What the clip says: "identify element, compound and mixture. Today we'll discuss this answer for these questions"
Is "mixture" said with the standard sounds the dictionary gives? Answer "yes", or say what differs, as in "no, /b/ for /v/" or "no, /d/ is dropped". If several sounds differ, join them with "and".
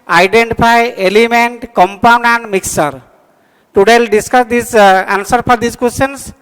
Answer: no, /tʃ/ is dropped